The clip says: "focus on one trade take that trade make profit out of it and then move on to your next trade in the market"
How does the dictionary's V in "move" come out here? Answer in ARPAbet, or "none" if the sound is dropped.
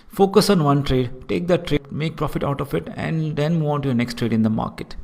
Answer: none